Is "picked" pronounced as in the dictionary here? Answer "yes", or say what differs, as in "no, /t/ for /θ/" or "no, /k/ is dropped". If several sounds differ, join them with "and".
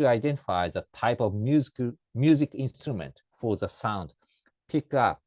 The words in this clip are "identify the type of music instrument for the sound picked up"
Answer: no, /t/ is dropped